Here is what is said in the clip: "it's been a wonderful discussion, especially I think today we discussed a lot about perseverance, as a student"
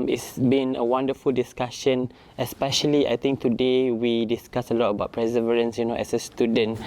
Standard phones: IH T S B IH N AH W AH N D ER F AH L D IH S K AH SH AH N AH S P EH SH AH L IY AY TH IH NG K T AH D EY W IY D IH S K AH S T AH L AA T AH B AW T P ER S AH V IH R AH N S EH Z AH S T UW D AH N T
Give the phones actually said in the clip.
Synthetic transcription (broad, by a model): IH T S B IH N AH W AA N D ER F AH L D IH S K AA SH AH N AH S P EH SH AH L IY AY T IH NG K T AH D EY W IY D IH S K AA S AH L AA T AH B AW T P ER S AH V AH R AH N S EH S AH S T UW D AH N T